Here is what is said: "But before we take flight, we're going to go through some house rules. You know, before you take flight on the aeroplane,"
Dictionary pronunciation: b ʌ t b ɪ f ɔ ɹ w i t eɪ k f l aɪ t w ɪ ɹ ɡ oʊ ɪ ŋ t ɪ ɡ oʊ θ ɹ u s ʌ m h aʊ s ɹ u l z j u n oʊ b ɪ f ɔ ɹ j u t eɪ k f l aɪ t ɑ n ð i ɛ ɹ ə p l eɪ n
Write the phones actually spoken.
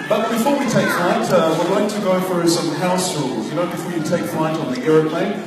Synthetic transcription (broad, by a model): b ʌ t b ɪ f ɔ ɹ w i t eɪ k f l aɪ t w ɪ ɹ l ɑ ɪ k t ɪ ɡ oʊ f ɹ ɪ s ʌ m h aʊ s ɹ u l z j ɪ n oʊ b ɪ f ɔ ɹ j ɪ t eɪ k f l aɪ t n ð i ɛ ɹ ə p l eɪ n